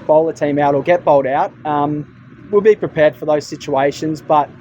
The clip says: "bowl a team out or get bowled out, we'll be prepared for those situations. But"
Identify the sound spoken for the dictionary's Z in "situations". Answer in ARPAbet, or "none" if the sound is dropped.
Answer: Z